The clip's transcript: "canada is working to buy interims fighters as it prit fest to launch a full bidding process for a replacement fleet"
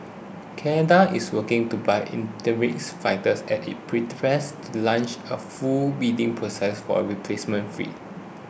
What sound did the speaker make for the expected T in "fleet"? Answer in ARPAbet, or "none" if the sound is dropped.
none